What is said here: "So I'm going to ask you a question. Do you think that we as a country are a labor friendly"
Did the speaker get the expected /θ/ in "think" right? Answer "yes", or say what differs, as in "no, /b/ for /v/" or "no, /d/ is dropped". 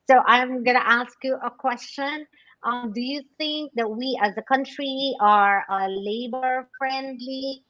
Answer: yes